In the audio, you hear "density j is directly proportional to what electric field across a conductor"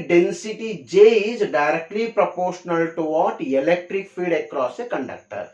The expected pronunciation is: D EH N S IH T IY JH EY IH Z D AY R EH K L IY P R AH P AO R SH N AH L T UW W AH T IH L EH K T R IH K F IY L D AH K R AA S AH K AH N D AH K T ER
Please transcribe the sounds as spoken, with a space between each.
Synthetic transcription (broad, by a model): D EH N S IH T IY JH EY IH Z D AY R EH K L IY P R AH P AO R SH N AH L T UW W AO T IH L EH K T R IH K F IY D AH K R AA S AH K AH N D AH K T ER